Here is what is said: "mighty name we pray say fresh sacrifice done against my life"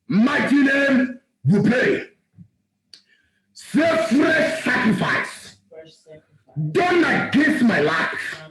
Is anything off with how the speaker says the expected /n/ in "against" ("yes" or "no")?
yes